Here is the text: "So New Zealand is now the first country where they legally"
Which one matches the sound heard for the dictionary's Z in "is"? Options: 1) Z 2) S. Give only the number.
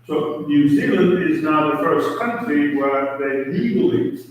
1